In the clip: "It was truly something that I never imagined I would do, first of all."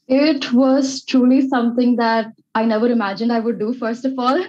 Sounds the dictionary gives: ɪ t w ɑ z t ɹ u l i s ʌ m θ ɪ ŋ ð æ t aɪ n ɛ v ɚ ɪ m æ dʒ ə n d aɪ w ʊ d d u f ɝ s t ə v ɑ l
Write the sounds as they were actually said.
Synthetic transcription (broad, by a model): ɪ t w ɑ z t ɹ u l i s ʌ m t ɪ ŋ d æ t aɪ n ɛ v ɚ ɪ m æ dʒ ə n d aɪ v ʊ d d u f ɝ s t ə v ɑ l